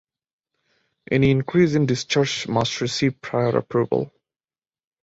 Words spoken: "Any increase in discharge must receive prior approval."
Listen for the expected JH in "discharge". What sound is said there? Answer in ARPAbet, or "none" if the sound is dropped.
CH